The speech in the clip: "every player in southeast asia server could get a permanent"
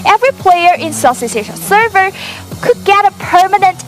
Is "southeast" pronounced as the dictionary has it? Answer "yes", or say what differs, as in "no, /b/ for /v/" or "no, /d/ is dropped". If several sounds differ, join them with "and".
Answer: no, /s/ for /θ/ and /t/ is dropped